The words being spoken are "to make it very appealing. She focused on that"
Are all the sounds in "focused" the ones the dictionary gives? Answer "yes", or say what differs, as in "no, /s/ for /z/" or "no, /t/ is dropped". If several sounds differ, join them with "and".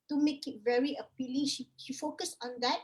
no, /t/ is dropped